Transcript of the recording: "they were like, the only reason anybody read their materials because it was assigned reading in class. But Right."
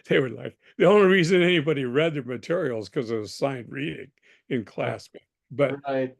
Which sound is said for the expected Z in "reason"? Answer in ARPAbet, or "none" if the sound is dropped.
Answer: Z